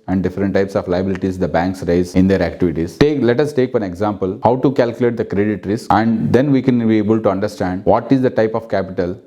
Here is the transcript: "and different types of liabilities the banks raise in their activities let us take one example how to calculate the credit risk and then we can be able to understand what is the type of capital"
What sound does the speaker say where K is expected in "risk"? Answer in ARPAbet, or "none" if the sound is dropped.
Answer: none